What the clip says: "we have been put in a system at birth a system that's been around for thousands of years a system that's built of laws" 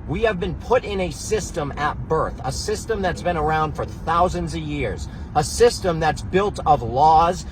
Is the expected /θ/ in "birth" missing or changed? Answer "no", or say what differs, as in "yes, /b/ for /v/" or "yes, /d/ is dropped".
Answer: no